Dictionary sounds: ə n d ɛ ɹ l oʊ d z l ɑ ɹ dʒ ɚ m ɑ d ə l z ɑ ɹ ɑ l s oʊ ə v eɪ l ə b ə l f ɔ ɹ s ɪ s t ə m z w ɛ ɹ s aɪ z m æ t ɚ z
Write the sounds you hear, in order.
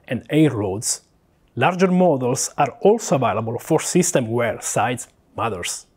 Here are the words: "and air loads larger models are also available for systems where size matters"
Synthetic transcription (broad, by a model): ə n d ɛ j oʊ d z l ɑ ɹ dʒ ɚ m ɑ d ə l s ɑ ɹ ɑ l s oʊ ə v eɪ l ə b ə l f ɔ ɹ s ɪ s t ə m w ɛ ɹ s aɪ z m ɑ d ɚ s